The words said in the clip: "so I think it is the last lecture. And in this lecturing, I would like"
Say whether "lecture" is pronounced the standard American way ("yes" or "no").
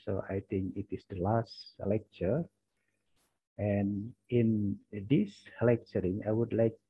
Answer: yes